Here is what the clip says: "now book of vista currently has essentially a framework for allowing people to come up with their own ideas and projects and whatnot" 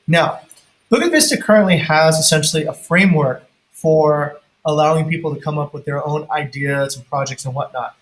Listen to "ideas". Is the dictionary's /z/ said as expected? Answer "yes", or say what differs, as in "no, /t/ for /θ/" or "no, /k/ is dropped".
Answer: yes